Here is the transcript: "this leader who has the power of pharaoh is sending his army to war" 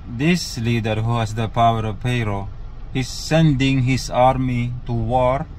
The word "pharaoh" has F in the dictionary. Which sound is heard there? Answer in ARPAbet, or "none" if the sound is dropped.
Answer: P